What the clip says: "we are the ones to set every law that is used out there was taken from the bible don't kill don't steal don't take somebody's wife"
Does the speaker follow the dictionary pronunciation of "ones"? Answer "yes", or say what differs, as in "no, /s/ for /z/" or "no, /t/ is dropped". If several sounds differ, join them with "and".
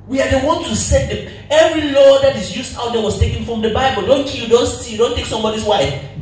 no, /z/ is dropped